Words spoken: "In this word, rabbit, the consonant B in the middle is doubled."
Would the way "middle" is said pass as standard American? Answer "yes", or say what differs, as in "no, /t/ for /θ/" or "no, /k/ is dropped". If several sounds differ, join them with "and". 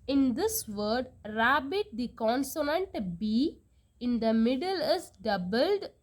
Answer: yes